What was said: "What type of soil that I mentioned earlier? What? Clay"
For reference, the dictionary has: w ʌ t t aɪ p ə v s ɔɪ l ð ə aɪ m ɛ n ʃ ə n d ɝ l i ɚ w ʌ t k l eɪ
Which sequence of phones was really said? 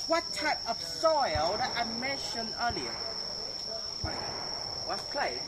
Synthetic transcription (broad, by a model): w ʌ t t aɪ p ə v s ɔɪ l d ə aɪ m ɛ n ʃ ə n ɝ l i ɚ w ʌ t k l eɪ